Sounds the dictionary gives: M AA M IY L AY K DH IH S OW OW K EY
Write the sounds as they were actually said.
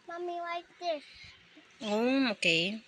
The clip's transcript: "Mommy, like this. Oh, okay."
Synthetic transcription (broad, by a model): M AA M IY W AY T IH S OW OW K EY